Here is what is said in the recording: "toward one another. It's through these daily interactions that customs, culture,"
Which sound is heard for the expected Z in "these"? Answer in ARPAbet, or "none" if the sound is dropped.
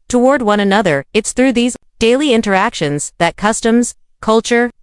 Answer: Z